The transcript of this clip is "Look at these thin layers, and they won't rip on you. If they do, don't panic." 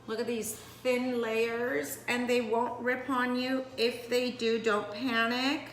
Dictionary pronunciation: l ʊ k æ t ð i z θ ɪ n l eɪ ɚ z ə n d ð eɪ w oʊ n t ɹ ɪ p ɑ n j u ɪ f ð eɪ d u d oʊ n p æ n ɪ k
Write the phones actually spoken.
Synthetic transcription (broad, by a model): l ʊ k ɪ t ð i z θ ɪ n l eɪ ɚ z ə n ð eɪ w oʊ n t ɹ ɪ p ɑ n j u ɪ f ð eɪ d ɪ d oʊ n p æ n ɪ k